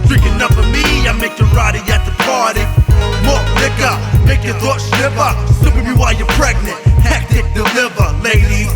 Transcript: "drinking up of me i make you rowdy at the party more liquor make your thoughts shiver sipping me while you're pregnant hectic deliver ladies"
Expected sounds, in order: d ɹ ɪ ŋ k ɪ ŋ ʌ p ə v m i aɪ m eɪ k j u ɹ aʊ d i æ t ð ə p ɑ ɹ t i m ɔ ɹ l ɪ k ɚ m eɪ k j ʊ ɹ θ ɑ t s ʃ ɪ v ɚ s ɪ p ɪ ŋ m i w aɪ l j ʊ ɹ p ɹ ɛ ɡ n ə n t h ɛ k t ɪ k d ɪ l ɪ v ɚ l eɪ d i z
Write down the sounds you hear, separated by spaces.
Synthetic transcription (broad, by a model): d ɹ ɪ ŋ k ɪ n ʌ f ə m i aɪ m eɪ k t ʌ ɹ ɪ d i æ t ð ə p ɑ ɹ t i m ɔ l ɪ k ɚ m eɪ k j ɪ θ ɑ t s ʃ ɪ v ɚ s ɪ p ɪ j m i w aɪ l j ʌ ɹ p ɹ ɛ ɡ n ə n t h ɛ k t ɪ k d ɪ l ɪ v ɚ l eɪ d i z